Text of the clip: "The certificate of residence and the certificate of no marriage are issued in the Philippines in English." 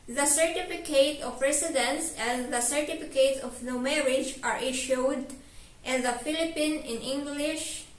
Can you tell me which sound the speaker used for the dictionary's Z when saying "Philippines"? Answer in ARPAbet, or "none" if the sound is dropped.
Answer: none